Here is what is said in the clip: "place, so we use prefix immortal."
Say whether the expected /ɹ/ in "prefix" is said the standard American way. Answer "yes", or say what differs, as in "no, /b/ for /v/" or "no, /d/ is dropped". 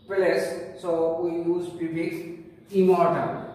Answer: no, /ɹ/ is dropped